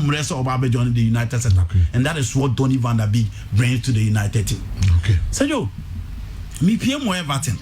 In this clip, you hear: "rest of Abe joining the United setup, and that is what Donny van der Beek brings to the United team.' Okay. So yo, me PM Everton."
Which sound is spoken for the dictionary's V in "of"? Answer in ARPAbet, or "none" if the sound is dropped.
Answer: B